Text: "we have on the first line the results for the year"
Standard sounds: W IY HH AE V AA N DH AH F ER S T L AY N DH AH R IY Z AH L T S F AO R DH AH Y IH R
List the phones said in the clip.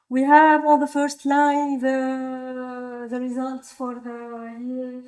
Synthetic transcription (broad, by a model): W IY HH AE V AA L DH AH F ER S T L AY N DH AH R IY Z AH L T S F AO R DH AH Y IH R